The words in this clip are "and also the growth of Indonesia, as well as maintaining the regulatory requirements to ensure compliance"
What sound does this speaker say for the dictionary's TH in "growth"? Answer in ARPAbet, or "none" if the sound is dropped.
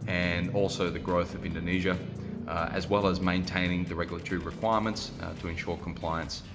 TH